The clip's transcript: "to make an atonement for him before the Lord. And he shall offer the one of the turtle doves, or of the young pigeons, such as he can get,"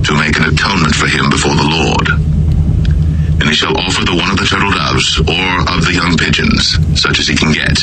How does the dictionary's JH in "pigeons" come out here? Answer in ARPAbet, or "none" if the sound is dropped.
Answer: JH